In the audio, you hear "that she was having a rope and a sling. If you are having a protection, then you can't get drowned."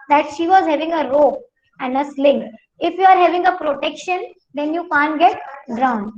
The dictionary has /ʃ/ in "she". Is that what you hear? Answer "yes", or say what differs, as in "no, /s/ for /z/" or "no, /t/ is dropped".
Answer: yes